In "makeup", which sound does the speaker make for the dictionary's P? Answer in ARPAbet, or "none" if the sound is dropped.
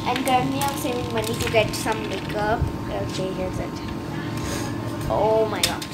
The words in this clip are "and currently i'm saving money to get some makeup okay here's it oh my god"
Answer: none